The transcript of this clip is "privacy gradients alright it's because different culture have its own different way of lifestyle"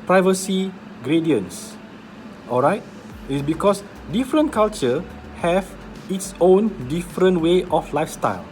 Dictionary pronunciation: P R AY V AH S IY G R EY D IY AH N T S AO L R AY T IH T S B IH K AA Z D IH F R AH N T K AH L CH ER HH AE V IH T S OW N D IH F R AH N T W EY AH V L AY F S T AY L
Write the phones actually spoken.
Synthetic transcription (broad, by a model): P R AY V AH S IY G R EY D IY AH N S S AO L R AY T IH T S B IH K AA S D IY F R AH N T K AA L CH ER HH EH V IH T S OW N D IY F R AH N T W EY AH F L AY F S T AY L